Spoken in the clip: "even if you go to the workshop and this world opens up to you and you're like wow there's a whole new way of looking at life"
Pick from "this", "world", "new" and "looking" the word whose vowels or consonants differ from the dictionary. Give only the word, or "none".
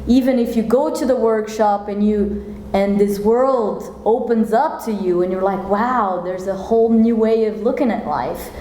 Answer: none